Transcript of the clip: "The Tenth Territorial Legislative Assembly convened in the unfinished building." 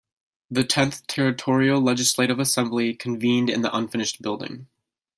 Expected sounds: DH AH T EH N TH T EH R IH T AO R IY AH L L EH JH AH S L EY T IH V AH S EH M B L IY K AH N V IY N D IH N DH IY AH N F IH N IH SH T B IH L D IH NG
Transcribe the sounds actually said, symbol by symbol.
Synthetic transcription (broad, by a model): DH AH T EH N TH T EH R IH T AO R IY L L EH JH AH S L EY T IH V AH S EH M B L IY K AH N V IY N D IH N DH IY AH N F IH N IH SH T B IH L D IH NG